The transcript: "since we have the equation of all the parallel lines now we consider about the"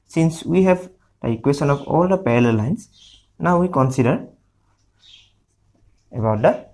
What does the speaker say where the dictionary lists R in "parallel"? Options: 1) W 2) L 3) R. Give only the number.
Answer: 2